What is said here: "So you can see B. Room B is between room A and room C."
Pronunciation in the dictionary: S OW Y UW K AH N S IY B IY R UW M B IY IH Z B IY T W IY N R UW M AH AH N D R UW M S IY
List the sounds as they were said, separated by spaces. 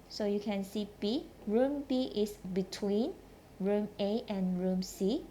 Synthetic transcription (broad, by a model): S OW Y UW K AH N S IY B IY R UW M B IY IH S B IY T W IY N R UW M AH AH N R UW M S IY